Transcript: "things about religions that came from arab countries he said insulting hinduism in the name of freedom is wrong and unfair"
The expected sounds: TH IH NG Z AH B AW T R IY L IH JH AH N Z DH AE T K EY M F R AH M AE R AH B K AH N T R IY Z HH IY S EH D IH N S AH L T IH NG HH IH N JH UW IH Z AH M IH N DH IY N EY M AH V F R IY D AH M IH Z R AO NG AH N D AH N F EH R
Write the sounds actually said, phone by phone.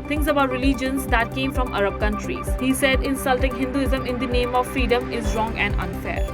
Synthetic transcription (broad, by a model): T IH NG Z AH B AW T R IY L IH JH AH N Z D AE T K EY M F R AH M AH R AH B K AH N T R IY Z HH IY S EH D IH N S AH L T IH NG HH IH N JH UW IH Z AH M IH N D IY N EY M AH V F R IY D AH M IH Z R AO NG AH N D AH N F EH R